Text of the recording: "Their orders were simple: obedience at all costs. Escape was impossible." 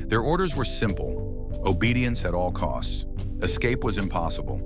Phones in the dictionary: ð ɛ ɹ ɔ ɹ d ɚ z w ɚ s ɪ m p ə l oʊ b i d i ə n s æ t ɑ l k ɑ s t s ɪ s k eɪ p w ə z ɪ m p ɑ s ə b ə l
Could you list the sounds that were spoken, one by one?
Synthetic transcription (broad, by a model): ð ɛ ɹ ɔ ɹ d ɚ z w ɚ s ɪ m p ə l oʊ b i d i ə n s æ t ɑ l k ɑ s t s ɪ s k eɪ p w ə z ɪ m p ɑ s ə b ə l